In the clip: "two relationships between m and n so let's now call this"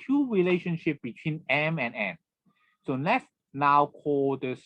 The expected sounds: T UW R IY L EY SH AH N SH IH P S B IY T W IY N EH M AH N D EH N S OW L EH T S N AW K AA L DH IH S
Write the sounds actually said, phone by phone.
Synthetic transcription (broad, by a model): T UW R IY L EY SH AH N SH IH P B IY T W IY N EH M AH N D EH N S OW L EH T S N AW K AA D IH S